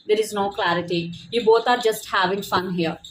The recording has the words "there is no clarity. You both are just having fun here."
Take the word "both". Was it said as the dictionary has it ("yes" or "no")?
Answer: no